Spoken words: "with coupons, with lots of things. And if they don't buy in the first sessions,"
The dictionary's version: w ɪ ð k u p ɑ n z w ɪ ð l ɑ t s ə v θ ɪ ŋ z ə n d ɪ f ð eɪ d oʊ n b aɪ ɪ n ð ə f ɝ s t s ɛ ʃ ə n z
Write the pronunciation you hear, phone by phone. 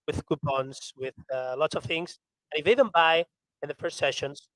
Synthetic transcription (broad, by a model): w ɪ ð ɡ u b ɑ n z w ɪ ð l ɑ t s ə v θ ɪ ŋ z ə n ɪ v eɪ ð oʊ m b aɪ ɪ n ð ə f ɝ s t s ɛ ʃ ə n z